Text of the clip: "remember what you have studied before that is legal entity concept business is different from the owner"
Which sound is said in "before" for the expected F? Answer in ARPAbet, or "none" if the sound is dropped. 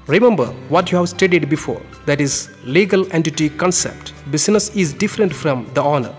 F